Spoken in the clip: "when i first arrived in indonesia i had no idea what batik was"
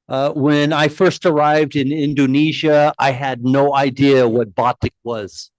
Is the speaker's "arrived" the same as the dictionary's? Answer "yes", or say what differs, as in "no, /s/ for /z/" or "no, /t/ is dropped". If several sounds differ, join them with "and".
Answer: yes